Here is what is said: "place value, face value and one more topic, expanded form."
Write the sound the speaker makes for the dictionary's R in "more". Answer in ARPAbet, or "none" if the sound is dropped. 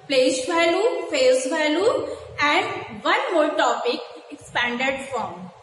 L